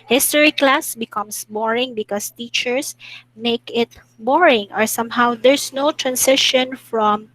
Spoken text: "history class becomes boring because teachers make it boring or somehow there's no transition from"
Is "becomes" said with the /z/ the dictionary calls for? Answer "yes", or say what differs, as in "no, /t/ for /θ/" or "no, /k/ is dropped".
no, /s/ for /z/